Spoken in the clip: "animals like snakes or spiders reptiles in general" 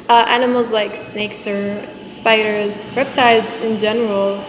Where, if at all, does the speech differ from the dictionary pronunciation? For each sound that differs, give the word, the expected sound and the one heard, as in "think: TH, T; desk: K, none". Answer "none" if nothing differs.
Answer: reptiles: L, none